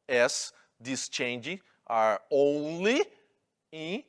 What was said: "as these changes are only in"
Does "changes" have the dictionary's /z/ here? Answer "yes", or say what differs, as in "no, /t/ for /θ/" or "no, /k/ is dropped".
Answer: no, /z/ is dropped